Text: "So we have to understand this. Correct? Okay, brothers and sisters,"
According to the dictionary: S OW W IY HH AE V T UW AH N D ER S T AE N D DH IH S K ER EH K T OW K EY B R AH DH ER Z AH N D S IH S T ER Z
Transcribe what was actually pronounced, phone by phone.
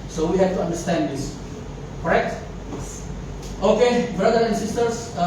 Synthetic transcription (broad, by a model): S OW W IY HH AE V T UW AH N D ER S T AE N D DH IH S K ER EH K T OW K EY B R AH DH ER AH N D S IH S T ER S